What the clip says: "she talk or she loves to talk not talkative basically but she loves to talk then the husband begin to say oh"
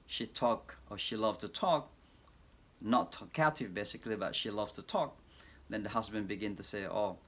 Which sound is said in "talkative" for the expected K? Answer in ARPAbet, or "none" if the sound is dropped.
none